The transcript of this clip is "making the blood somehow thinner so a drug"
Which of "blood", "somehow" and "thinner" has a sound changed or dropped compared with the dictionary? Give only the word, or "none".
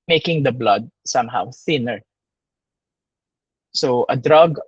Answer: none